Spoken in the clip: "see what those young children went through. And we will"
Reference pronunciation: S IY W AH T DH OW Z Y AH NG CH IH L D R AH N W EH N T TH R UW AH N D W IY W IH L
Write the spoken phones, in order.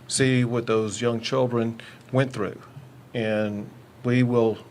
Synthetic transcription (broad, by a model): S IY W AH T DH OW Z Y AH NG CH IH L D R AH N W EH N TH R UW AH N W IY W IH L